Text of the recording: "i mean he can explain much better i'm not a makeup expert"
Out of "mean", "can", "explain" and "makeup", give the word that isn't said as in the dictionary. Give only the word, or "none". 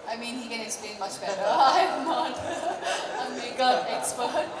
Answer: makeup